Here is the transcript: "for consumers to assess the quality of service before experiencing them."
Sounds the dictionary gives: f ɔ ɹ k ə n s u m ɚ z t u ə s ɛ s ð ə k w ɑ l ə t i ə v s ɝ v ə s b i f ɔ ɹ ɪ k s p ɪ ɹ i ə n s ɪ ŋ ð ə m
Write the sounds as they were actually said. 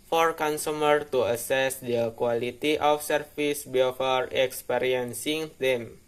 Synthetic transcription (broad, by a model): f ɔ ɹ k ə n s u m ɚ t u ə s ɛ s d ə k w ɑ l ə t i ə f s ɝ f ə s b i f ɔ ɹ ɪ k s p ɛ ɹ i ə n s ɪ ŋ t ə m